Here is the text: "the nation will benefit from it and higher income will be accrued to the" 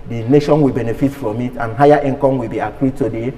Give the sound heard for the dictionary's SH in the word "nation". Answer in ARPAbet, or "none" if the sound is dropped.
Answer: SH